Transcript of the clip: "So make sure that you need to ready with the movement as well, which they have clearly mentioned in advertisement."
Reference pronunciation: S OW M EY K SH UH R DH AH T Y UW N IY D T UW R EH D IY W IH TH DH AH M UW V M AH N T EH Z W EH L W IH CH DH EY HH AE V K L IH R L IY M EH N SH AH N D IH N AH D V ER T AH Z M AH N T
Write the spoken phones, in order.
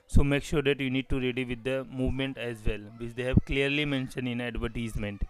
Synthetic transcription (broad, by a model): S OW M EY K SH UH R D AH T Y UW N IY D T UW R EH D IY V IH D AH M UW V M AH N T EH Z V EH L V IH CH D EY HH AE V K L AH R L IY M EH N SH AH N D IH N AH D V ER T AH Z M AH N T